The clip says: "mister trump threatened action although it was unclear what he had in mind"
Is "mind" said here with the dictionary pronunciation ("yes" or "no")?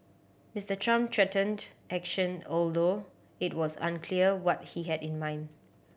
yes